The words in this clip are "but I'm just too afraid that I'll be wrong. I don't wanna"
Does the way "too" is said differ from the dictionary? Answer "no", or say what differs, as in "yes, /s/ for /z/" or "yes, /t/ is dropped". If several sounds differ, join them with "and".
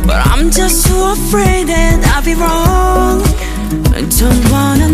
yes, /s/ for /t/